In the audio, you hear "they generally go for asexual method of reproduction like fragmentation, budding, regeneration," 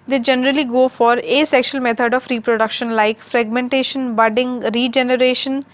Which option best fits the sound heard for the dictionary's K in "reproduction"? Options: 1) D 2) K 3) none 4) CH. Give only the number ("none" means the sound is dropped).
2